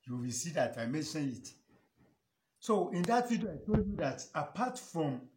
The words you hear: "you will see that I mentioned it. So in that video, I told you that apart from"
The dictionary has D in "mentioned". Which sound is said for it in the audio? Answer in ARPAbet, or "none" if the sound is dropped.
none